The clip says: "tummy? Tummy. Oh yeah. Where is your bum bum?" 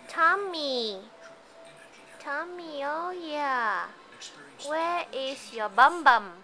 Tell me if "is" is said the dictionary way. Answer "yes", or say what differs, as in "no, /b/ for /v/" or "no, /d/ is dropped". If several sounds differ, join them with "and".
no, /s/ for /z/